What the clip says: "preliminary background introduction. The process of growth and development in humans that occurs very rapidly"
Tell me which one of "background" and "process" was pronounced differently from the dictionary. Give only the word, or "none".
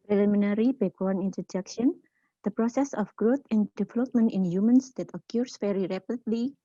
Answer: background